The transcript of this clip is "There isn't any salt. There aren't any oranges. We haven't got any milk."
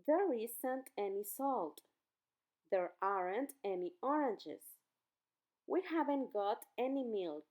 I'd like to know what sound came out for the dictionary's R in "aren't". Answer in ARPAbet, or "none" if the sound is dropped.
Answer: R